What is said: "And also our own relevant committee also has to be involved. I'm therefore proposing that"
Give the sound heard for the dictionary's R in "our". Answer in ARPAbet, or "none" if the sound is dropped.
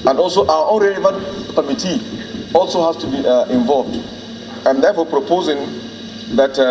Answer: W